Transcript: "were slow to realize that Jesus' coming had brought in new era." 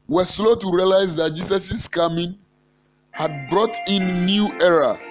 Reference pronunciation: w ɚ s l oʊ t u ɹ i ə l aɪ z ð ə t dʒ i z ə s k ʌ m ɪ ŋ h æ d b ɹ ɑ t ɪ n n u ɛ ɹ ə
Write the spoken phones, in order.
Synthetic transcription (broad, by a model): w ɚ s l oʊ t u ɹ i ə l aɪ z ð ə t dʒ i s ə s k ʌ m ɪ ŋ h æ d b ɹ ɑ t ɪ n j u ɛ ɹ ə